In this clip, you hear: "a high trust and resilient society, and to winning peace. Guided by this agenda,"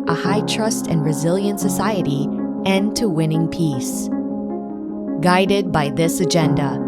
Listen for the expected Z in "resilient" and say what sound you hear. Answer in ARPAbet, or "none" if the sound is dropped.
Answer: Z